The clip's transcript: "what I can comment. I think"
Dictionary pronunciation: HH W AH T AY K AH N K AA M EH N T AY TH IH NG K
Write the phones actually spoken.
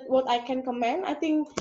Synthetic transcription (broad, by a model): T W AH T AY K AH N K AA M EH N AY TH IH NG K